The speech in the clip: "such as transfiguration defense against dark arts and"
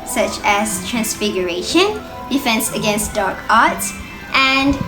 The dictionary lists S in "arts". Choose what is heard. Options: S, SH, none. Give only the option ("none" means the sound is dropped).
none